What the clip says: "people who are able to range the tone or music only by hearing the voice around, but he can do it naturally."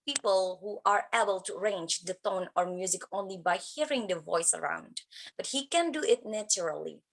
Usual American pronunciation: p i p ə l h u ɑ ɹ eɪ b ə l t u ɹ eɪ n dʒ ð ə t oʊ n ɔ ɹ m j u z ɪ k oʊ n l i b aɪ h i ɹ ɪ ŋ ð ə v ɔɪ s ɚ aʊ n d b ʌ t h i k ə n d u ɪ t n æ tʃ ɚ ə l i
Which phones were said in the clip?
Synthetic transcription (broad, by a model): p i p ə l h u ɑ ɹ eɪ b ə l t u ɹ eɪ n dʒ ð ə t oʊ n ɔ ɹ m j u z ɪ k oʊ n l i b aɪ h i ɹ ɪ ŋ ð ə v ɔɪ s ɚ aʊ n d b ʌ t h i k ə n d u ɪ t n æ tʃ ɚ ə l i